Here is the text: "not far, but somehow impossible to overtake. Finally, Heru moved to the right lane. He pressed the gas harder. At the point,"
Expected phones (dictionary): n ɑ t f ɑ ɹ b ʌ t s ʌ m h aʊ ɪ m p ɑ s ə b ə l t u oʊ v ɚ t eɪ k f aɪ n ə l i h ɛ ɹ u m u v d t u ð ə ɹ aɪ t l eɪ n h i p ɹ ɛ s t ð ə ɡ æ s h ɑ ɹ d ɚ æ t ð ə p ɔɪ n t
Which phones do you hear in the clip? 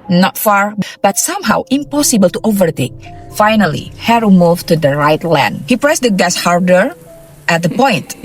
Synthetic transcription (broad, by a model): n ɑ t f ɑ ɹ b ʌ t s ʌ m h aʊ ɪ m p ɑ s ə b ə l t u oʊ v ɚ t eɪ k f aɪ n ə l i h ɛ ɹ u m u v t u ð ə ɹ aɪ t l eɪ n h i p ɹ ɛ s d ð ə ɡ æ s h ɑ ɹ d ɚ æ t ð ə p ɔɪ n t